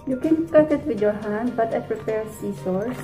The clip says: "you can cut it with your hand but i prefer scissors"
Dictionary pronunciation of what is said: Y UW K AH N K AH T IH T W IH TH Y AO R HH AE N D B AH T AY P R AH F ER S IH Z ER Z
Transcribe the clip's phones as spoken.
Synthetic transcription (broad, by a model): Y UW K AH N K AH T IH T W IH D Y AO R HH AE N D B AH T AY P R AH P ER S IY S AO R